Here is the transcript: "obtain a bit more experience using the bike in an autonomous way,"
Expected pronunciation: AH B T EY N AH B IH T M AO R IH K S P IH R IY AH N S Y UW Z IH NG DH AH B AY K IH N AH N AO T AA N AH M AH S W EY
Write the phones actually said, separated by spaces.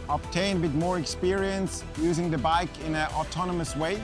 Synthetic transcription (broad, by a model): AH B T EY N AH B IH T M AO R IH K S P IH R IY AH N S Y UW Z IH NG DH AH B AY K IH N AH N AO T AA N AH M AH S W EY